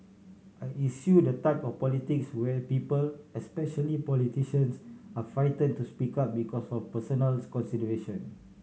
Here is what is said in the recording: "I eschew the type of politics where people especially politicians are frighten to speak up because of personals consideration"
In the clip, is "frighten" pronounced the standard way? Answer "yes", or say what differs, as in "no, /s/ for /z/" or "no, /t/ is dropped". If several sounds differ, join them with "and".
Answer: no, /ɹ/ is dropped